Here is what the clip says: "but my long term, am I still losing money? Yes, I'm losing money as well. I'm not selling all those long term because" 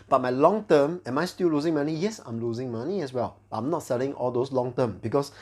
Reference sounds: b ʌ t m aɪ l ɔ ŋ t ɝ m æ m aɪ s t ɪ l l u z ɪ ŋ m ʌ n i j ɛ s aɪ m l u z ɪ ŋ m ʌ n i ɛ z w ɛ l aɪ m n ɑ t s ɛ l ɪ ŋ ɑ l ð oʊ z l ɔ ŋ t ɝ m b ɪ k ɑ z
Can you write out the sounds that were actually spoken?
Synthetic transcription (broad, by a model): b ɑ t m aɪ l ɔ ŋ t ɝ m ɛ m aɪ s t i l l u z ɪ ŋ m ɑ n i j ɛ s aɪ m l u z ɪ ŋ m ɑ n i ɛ s w ɛ l aɪ m n ɑ t s ɛ l ɪ ŋ ɑ l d oʊ s l ɔ ŋ t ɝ m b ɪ k ɑ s